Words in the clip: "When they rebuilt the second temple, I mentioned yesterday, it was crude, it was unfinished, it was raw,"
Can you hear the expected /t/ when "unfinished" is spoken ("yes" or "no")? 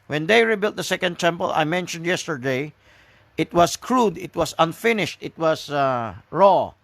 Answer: yes